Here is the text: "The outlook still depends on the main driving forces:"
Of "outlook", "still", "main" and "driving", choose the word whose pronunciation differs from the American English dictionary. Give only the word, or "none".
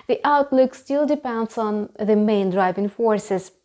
none